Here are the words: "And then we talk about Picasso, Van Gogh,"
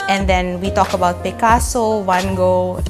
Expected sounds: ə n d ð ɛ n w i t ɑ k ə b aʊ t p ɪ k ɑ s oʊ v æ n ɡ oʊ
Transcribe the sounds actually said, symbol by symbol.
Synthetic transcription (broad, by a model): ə n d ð ɛ n w i t ɑ k ə b aʊ t p ɪ k ɑ s oʊ w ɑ n ɡ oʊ